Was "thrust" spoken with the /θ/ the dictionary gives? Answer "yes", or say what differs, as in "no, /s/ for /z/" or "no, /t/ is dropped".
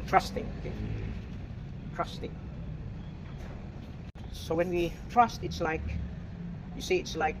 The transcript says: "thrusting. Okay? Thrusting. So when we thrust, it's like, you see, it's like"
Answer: no, /t/ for /θ/